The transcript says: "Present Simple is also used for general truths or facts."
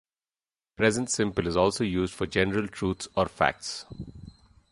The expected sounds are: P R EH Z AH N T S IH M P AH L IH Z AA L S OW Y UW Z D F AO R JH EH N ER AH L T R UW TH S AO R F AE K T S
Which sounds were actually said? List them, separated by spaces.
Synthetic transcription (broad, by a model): P R EH Z AH N T S IH M P AH L IH Z AA L S OW Y UW Z D F AO R JH EH N ER AH L T R UW T S AO R F AE K T S